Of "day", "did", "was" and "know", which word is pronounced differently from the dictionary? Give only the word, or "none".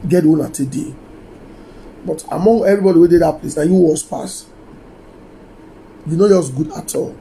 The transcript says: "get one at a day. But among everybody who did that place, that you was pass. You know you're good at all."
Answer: was